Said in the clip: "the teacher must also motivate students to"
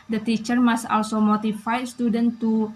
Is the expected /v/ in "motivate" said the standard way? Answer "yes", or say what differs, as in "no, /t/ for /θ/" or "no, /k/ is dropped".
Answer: no, /f/ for /v/